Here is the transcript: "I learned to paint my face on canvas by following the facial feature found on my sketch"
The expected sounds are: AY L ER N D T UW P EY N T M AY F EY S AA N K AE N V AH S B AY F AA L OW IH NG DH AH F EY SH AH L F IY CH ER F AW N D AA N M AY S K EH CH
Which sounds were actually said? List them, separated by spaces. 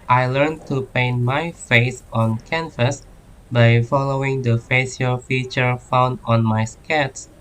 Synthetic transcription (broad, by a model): AY L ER N T UW P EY N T M AY F EY S AA N K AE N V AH S B AY F AA L OW IH NG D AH F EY S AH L F IY CH ER F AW N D AA N M AY S K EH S